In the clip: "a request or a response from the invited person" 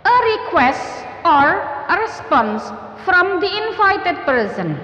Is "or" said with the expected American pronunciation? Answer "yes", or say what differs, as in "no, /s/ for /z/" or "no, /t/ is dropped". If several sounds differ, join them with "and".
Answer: yes